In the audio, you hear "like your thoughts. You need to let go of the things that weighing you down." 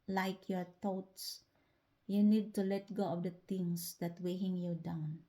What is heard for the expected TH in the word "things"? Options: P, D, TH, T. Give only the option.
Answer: T